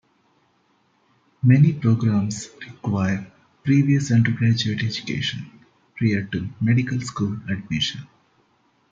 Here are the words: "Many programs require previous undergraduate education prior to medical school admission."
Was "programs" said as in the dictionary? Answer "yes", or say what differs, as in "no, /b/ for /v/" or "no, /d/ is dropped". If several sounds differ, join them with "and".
no, /s/ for /z/